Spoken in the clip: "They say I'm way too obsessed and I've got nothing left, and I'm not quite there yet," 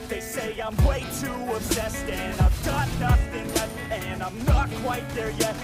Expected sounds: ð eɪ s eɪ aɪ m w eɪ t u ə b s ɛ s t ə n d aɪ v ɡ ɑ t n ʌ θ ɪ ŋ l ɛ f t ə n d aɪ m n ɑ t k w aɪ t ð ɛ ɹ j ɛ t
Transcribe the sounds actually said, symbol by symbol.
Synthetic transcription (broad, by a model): ð eɪ s eɪ aɪ m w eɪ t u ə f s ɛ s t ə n aɪ v ɡ ɑ t n ʌ θ ɪ ŋ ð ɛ t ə n aɪ m n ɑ t k w aɪ t ð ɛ ɹ j ɛ t